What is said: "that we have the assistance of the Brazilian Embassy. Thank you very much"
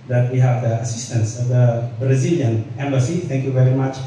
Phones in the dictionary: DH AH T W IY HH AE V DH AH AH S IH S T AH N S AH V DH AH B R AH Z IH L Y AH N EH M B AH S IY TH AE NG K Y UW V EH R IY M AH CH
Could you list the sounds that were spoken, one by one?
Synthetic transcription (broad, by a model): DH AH T W IY HH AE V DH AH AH S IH S T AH N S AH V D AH B R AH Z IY L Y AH N EH M B AH S IY T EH NG K Y UW V EH R IY M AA CH